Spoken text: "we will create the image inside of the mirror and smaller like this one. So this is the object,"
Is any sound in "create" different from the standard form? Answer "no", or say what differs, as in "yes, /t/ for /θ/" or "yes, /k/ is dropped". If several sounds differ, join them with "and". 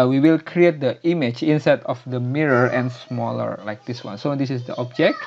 no